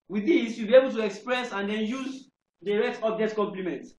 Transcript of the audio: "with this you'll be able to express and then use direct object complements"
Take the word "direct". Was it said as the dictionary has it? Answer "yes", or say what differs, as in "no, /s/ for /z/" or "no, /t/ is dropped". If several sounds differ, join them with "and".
no, /k/ is dropped